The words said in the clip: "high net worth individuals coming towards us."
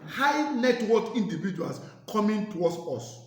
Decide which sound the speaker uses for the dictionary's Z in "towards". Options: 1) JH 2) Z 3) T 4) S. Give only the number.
4